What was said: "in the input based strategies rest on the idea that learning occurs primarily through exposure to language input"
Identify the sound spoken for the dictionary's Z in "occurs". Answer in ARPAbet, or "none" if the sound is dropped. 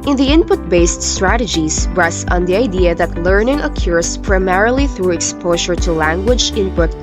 S